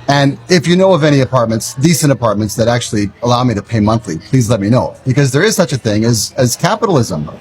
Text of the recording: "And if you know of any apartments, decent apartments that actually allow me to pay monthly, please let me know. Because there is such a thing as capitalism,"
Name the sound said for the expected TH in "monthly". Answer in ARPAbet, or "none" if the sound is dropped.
TH